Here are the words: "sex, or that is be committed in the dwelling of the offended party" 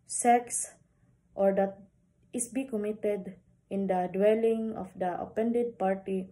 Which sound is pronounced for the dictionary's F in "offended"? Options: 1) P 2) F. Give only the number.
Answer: 1